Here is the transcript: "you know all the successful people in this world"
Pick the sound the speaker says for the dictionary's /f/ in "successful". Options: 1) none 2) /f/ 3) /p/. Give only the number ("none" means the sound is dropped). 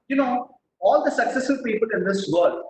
1